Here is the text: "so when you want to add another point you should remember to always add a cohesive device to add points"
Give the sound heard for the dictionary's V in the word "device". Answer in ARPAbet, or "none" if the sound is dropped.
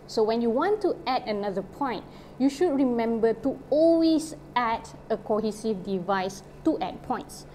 V